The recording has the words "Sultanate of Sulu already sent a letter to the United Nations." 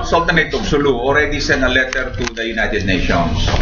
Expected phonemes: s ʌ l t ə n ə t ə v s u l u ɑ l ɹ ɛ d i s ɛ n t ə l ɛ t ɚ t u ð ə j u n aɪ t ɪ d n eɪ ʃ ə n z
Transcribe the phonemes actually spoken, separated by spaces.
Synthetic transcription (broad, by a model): s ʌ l t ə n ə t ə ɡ s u l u ɑ l ɹ ɛ d i s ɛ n ə l ɛ t ɚ t u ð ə j u n aɪ t ɪ d n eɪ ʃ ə n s